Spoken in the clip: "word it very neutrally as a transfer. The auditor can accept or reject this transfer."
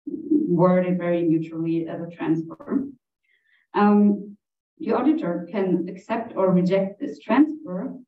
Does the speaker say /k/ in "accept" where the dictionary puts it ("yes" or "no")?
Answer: yes